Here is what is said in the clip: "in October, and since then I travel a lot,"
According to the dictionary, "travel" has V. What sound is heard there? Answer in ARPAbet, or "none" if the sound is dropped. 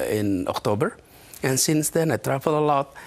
F